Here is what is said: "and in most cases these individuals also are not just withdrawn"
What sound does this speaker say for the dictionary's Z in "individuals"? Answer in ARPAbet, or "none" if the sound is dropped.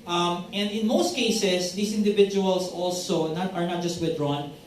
S